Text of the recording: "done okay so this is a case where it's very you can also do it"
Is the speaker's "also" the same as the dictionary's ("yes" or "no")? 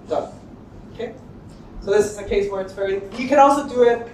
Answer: yes